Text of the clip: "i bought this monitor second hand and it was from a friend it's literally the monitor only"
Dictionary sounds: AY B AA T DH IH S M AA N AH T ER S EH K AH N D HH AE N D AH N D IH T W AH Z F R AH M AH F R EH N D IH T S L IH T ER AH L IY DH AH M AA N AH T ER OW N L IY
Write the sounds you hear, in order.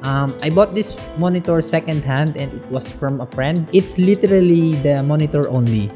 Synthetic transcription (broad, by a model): AY B AA T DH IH S M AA N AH T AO S EH K AH N D HH AE N D AH N D IH T W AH S F R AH M AH F R EH N D IH T S L IH T ER AH L IY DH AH M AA N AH T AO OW N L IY